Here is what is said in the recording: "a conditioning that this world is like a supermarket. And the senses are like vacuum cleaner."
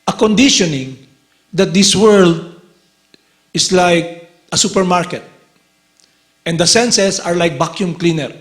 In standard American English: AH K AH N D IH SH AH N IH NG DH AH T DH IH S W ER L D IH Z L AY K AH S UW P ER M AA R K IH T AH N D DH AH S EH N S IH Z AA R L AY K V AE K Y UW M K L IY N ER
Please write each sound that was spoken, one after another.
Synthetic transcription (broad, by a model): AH K AH N D IH SH AH N IH NG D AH T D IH S W ER L D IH S L AY K AH S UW P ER M AA R K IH T AH N D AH S EH N S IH S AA R L AY K B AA K Y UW M K L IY N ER